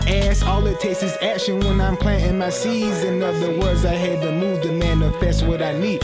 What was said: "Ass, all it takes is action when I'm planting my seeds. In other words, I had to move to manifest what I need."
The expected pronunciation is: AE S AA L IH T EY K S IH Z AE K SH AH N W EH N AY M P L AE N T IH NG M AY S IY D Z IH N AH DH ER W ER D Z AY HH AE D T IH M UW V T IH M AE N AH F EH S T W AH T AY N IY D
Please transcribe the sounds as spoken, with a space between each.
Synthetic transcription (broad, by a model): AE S AA L IH T EY K S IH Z AE K SH AH N W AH N AY M P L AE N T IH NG M AY S IY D Z IH N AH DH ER W ER D Z AY HH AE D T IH M UW V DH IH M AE N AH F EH S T W AH T AY N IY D